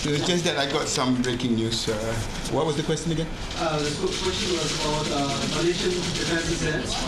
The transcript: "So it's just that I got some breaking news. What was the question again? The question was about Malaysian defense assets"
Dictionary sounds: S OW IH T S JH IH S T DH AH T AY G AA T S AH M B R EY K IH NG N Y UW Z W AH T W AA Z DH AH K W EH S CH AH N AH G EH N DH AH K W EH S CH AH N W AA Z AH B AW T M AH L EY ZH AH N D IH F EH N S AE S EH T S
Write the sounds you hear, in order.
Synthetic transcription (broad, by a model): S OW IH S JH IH S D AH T AY G AA T S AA M B R EY K IH NG N Y UW S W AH T W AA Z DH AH K W EH S CH AH N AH G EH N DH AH K W EH S CH AH N W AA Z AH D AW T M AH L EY SH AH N D IH F EH N S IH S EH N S